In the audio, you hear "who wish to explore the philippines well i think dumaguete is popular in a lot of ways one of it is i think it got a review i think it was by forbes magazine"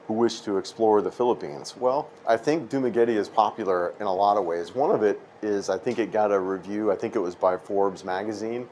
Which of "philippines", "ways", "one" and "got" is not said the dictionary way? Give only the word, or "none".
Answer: none